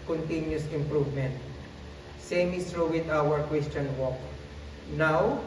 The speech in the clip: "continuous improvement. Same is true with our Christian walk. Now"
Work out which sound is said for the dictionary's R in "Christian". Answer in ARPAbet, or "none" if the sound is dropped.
W